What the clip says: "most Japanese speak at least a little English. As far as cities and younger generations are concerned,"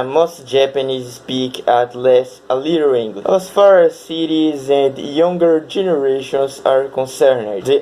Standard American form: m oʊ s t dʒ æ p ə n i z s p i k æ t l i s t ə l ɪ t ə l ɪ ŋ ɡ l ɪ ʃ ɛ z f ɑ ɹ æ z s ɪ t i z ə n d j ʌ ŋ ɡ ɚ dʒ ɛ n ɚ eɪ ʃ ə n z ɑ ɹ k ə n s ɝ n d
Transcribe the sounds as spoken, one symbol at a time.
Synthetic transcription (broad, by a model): m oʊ s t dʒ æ p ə n i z s p i k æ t l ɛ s ə l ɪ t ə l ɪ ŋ ɡ l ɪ ɛ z f ɑ ɹ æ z s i t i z ə n d j ʌ ŋ ɡ ɚ dʒ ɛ n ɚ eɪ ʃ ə n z ɑ ɹ k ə n s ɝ n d